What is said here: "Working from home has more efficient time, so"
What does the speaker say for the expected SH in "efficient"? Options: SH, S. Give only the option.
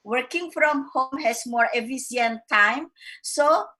S